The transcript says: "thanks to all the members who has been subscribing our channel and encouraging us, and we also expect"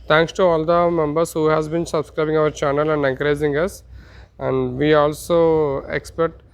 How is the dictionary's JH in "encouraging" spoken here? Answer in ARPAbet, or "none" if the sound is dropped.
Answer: Z